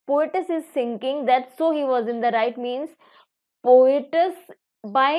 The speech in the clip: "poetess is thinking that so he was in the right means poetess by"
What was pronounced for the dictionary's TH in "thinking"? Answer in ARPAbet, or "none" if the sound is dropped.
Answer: S